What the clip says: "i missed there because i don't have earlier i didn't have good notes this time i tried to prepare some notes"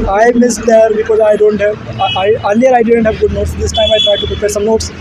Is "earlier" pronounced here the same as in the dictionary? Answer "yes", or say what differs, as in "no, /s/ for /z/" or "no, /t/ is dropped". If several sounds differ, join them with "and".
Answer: no, /l/ is dropped